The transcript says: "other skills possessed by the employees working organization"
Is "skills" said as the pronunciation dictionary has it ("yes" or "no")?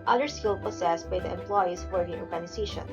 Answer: no